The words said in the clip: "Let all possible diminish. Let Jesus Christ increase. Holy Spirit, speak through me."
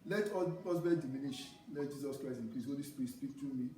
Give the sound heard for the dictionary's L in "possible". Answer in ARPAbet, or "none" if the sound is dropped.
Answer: N